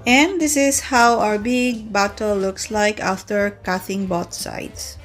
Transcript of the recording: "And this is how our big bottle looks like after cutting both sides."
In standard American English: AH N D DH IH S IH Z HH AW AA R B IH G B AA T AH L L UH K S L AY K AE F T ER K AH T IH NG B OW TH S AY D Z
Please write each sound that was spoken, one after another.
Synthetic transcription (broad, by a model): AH N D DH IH S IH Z HH AW AA R B IH G B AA T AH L L UH K S L AY K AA F T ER K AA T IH NG B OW T S AY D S